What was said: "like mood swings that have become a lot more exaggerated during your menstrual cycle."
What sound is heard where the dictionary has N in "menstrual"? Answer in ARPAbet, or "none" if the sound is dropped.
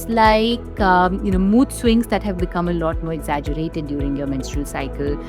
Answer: N